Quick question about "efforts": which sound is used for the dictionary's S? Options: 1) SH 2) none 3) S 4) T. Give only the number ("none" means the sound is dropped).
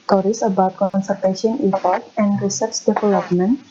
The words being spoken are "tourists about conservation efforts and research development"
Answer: 2